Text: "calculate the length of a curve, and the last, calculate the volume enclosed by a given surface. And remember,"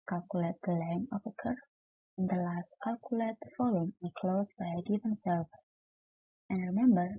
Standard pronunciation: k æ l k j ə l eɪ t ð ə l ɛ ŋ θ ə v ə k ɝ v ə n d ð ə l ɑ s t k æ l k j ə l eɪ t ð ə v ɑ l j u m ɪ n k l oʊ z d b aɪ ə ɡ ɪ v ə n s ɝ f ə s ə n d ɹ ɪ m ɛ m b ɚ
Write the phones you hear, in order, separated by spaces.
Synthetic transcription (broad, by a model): k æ l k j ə l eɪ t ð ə l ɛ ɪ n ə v ə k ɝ ə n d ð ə l ɑ s t k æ l k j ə l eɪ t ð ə f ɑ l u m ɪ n k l oʊ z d b aɪ ə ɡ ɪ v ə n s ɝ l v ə n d ɹ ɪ m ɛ m b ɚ